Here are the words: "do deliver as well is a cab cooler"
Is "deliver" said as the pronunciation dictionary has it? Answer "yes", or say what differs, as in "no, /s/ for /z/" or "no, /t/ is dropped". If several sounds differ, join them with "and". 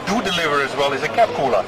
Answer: yes